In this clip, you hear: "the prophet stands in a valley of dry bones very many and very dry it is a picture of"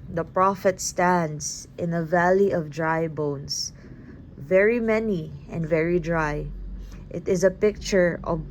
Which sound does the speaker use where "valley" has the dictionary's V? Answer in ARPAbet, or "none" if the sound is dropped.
V